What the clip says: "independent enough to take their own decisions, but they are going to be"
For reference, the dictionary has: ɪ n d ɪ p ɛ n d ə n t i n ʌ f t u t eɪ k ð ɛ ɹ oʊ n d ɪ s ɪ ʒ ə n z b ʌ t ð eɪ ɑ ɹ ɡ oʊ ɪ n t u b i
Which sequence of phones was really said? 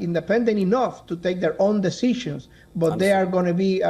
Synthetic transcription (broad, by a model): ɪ n d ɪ p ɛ n d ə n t i n ʌ f t u t eɪ k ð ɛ ɹ oʊ n d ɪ s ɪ ʃ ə n s b ʌ t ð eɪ ɑ ɹ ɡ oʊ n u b i